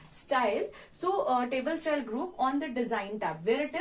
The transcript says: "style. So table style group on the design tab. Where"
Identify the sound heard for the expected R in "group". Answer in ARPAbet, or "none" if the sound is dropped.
R